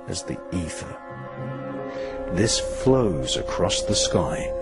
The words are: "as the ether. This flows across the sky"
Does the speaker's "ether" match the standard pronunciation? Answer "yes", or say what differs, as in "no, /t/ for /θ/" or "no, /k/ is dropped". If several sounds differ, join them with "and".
yes